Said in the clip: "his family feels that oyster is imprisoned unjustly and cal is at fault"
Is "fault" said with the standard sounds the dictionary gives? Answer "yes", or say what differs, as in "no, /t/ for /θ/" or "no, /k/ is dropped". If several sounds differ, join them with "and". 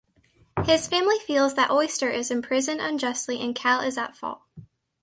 no, /t/ is dropped